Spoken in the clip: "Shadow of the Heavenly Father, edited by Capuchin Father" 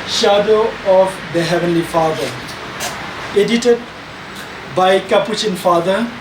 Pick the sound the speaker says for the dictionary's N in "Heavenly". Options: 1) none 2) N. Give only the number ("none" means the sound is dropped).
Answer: 2